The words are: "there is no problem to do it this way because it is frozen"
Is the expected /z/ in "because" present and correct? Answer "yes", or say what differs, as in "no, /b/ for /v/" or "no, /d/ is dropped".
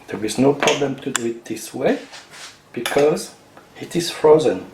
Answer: yes